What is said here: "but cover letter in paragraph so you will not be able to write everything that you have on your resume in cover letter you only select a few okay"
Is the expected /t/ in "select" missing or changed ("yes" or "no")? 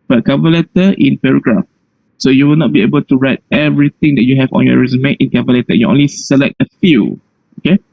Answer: no